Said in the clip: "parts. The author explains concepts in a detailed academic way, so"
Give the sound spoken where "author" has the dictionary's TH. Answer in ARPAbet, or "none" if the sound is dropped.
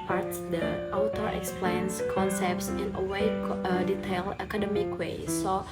T